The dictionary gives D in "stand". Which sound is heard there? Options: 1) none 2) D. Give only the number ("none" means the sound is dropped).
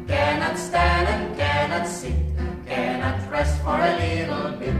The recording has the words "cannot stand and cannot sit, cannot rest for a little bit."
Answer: 2